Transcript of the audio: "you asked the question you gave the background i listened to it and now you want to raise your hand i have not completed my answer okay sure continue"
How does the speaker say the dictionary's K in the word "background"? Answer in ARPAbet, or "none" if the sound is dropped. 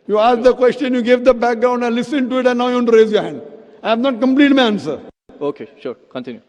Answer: K